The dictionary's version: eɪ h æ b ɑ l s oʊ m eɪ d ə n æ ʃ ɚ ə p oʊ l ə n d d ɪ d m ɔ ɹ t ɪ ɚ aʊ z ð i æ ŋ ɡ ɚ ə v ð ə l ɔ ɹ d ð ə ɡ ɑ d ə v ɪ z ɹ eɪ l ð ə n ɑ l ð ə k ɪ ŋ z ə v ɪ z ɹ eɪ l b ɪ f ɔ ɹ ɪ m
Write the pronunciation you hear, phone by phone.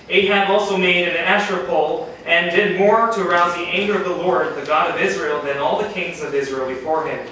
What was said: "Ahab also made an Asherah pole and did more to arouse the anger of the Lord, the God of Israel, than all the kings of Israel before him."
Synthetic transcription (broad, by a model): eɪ h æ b ɑ l s oʊ m eɪ d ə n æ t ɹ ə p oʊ l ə n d d ɪ d m ɔ ɹ t ɪ ɚ aʊ z ð i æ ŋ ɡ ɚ ə v ð ə l ɔ ɹ d ð ə ɡ ɑ d ə v ɪ z ɹ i l ð ə n ɑ l ð ə k ɪ ŋ z ə v ɪ z ɹ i l b ɪ f ɔ ɹ ɪ m